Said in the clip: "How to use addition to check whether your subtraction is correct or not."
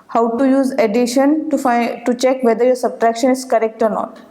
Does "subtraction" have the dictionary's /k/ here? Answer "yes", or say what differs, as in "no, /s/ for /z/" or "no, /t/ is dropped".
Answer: yes